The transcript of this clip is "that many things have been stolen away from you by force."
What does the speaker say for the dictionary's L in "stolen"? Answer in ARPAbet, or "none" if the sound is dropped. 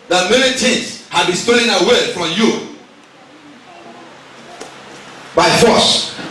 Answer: none